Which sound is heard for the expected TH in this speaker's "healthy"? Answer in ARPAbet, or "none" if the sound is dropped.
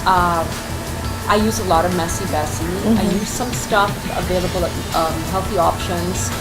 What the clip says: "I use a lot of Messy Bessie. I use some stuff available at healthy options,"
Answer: TH